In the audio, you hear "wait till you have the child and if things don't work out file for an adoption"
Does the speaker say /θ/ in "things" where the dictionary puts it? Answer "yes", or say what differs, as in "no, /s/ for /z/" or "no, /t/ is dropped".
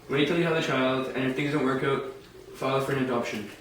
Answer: yes